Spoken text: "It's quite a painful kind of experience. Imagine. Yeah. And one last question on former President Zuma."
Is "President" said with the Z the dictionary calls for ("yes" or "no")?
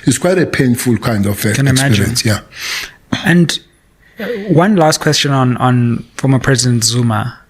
yes